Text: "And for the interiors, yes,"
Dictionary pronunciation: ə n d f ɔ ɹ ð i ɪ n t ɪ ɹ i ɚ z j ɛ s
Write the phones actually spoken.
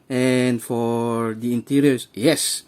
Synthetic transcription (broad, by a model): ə n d f ɔ ɹ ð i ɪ n t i ɹ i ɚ s j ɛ s